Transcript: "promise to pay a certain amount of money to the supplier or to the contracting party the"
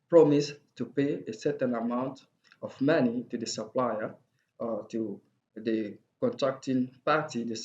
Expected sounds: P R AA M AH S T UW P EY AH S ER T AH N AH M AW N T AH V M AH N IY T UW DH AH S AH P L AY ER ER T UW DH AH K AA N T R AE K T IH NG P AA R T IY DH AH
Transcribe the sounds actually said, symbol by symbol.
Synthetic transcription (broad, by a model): P R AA M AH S T UW P EY AH S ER T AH N AH M AW N T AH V M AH N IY T UW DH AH S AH P L AY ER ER T UW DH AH K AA N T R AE K T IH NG P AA T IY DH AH